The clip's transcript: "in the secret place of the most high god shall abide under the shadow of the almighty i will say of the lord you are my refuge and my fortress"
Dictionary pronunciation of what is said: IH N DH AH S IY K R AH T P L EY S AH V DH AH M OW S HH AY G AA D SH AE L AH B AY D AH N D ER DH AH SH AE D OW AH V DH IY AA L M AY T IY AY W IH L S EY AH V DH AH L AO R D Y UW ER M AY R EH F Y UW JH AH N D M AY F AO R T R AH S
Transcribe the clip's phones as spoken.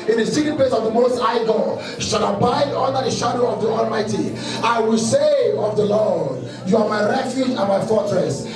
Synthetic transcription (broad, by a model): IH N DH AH S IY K AH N P L EY S AH V DH AH M OW S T AY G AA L SH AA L AH B AY D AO N D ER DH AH SH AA D OW AH V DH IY AA L M AY T IY AY W IH L S EY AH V DH AH L AO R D Y UW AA M AY R EH F Y UW JH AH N M AY F AO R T R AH S